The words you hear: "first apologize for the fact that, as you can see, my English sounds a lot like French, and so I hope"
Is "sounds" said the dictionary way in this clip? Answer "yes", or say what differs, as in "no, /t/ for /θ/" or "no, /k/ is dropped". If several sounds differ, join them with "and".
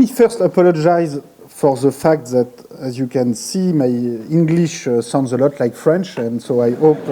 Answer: yes